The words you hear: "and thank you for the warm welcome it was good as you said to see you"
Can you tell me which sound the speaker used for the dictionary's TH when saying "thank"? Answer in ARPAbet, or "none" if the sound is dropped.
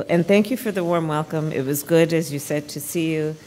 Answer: TH